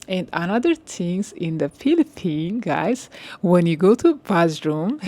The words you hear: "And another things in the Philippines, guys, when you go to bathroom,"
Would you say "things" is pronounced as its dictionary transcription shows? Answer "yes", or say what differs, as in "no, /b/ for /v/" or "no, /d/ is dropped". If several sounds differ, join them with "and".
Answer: no, /t/ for /θ/